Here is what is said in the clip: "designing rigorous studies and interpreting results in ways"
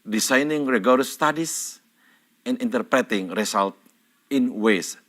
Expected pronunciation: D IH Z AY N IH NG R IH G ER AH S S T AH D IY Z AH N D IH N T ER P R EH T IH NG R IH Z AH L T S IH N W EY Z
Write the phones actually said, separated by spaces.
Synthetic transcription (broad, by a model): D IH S AY N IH NG R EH G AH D S T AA D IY S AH N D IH N T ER P R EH T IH NG R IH S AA L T IH N W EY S